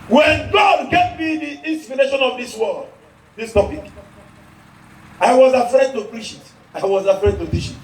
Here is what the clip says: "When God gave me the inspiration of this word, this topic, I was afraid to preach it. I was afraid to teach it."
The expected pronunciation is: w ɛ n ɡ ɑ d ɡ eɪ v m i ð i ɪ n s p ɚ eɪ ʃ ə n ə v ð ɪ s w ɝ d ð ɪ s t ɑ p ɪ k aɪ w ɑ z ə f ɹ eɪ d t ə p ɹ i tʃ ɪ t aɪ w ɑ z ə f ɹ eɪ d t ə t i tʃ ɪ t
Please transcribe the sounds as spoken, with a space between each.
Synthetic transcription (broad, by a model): w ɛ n ɡ ɑ d ɡ eɪ v m i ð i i n s p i eɪ ʃ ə n ə v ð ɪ s w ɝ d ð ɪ s t ɑ p ɪ k aɪ w ɑ z ə f ɹ eɪ d t ə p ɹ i ʃ ɪ t aɪ w ɑ z ə f ɹ eɪ d t ə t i ʃ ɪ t